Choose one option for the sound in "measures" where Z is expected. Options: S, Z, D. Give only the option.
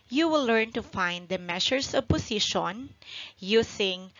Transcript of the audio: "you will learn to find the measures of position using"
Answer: S